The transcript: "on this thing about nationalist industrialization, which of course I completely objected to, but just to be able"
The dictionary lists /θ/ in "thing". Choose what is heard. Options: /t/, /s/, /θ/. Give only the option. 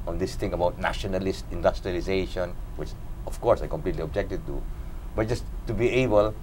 /t/